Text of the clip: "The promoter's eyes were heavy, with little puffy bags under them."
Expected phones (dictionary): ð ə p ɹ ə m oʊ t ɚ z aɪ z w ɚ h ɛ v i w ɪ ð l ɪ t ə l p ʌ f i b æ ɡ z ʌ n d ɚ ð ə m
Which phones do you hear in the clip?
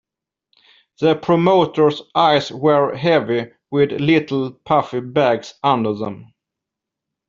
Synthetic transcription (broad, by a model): ð ə p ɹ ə m oʊ t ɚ s aɪ s w ɚ h ɛ v i w ɪ ð l ɪ t l p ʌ f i b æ ɡ s ʌ n d ɚ ð ə m